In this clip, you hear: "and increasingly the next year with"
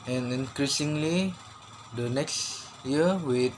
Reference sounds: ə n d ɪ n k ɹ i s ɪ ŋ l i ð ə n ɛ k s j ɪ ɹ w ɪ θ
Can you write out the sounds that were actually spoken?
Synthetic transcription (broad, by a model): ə n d ɪ n k ɹ i s ɪ ŋ l i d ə n ɛ k s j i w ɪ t